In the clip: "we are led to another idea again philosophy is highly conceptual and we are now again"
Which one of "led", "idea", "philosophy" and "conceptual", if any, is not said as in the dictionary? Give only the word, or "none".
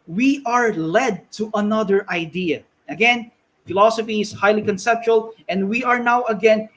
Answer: none